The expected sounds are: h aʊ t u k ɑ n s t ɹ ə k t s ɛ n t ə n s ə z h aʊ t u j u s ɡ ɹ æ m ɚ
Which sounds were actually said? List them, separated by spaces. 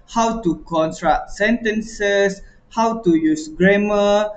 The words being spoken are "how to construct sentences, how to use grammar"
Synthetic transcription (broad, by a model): h aʊ t u k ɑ n t ɹ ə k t s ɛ n t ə n s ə s h aʊ t u j u s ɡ ɹ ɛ m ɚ